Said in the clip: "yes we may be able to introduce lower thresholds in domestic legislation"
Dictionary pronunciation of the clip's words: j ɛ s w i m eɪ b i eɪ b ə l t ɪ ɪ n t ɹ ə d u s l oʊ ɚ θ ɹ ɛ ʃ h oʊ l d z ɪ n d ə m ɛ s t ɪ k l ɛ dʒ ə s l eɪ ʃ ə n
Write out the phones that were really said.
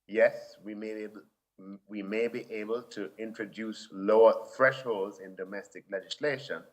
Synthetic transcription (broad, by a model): j ɛ s w i m eɪ b i eɪ b ə l t ɪ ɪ n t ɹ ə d u s l oʊ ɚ θ ɹ ɛ ʃ h oʊ l d z ɪ n d ə m ɛ s t ɪ k l ɛ dʒ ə s l eɪ ʃ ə n